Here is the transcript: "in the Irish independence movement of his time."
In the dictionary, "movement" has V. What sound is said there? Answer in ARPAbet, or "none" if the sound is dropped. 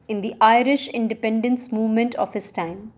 V